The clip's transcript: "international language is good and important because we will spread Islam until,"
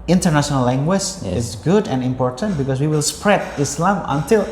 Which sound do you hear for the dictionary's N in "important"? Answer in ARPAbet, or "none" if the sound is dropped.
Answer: N